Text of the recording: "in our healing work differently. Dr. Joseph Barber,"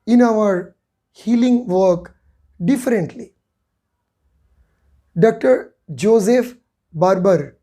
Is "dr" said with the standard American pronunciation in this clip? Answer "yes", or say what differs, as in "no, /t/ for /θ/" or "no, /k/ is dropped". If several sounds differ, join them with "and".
yes